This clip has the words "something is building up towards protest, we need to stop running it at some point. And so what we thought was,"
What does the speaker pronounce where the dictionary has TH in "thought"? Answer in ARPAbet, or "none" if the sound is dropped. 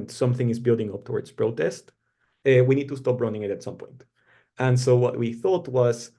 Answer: TH